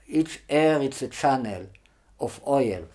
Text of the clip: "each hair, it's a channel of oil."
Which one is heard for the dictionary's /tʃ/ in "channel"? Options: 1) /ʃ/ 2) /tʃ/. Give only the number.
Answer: 2